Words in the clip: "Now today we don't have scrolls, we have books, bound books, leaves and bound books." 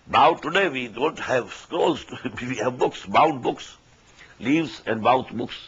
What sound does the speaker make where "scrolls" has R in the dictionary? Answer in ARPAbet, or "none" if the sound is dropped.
none